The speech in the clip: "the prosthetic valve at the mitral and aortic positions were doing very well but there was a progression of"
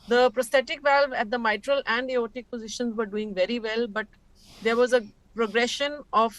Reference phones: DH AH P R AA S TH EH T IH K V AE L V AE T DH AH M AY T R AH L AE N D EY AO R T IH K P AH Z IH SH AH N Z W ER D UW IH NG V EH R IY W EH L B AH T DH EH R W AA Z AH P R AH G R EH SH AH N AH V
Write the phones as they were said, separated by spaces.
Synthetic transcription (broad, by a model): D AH P R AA S T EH T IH K V AE L V AE T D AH M AY T R AH L AE N D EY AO T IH K P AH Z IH SH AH N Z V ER D UW IH NG V EH R IY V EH L B AH T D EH R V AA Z AH P R AH G R EH SH AH N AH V